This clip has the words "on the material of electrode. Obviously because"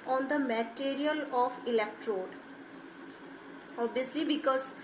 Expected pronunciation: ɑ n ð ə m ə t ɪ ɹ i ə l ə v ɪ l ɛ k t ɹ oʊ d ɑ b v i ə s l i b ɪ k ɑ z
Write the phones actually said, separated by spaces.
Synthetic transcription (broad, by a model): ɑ n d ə m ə t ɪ ɹ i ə l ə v ɪ l ɛ k t ɹ oʊ d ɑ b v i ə s l i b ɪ k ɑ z